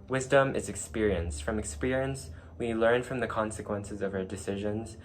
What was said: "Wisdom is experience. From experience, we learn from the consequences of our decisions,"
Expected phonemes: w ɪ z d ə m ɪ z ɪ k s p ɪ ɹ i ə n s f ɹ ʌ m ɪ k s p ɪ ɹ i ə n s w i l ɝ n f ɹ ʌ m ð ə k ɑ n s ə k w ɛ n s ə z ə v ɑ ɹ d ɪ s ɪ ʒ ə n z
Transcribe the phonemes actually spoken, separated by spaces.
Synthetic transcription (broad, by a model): w ɪ z d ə m ɪ z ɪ k s p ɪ ɹ i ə n s f ɹ ʌ m ɪ k s p ɪ ɹ i ə n s w i l ɝ n f ɹ ʌ m ð ə k ɑ n s ə k w ɛ n s ə z ə v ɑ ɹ d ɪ s ɪ ʒ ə n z